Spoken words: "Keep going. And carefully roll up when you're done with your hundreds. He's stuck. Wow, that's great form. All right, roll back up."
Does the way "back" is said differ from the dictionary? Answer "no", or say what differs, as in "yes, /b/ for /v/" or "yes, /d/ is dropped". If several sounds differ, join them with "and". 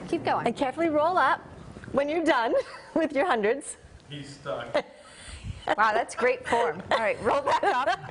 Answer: yes, /k/ is dropped